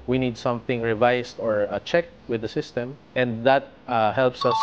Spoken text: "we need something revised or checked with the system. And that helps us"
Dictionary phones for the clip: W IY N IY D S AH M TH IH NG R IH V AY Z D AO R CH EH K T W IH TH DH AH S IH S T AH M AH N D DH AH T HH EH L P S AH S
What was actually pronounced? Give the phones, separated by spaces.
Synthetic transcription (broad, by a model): W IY N IY D S AH M TH IH NG R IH V AY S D AO R CH EH K T W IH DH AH S IH S T AH M AH N D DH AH T HH EH L P S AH S